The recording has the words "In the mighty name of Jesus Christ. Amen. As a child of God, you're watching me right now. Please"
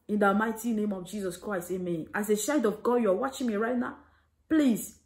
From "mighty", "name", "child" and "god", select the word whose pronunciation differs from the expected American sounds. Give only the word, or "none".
child